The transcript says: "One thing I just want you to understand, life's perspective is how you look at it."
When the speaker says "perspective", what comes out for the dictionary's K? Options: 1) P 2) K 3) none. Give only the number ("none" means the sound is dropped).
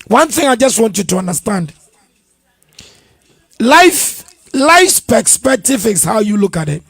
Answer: 3